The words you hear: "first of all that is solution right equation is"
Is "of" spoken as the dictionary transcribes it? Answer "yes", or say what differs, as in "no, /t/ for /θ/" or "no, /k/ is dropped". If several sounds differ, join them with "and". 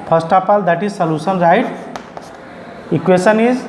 no, /p/ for /v/